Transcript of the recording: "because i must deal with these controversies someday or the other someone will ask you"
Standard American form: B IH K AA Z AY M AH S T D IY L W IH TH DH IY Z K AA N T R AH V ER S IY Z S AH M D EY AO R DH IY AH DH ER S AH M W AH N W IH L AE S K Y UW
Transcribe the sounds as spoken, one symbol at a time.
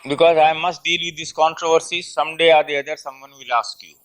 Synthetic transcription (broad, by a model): B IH K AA Z AY M AH S T D IY L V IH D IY S K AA N T R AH V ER S IY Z S AH M D EY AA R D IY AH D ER S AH M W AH N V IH L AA S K Y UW